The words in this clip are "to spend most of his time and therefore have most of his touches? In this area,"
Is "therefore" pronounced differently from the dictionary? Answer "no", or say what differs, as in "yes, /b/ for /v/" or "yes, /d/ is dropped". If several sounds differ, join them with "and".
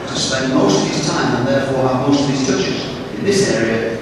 no